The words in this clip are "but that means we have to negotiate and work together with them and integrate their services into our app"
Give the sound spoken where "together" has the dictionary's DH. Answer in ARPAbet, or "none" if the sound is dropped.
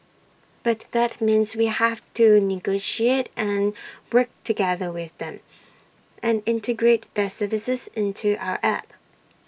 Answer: DH